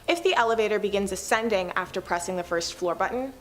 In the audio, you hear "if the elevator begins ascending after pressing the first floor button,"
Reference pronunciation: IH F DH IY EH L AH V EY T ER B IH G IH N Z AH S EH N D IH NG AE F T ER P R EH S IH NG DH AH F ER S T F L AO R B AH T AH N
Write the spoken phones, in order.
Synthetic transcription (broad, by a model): IH F DH IY EH L AH V EY T ER B IH G IH N Z AH S EH N D IH NG AE F T ER P R EH S IH NG DH AH F ER S T F L AO R B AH T N